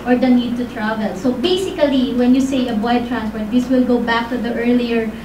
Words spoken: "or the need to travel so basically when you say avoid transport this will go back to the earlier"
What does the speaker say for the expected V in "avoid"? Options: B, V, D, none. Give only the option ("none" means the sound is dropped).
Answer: B